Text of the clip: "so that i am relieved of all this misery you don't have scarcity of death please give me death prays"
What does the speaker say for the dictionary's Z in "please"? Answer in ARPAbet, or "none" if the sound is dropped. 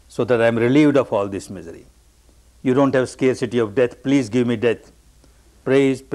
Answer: Z